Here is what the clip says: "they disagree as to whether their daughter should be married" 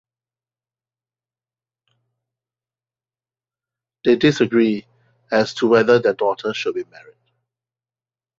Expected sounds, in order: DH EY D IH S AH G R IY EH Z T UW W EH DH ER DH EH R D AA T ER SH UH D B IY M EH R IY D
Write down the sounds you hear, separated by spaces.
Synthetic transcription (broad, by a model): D EY D IH S AH G R IY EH S T UW W EH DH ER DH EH D AA T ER SH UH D B IY M EH R IY D